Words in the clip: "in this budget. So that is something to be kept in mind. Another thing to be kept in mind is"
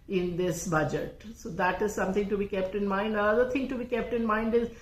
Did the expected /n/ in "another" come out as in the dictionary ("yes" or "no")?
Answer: no